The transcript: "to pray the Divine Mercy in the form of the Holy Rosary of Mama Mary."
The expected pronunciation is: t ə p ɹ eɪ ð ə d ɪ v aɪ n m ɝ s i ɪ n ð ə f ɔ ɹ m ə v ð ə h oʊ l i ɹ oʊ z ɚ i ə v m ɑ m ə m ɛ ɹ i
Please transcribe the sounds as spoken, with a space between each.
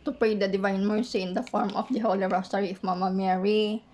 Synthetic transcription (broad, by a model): t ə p eɪ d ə d ɪ v aɪ n m ɝ s i ɪ n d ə f ɔ ɹ m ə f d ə h oʊ l i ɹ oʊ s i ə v m ɑ m ə m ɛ ɹ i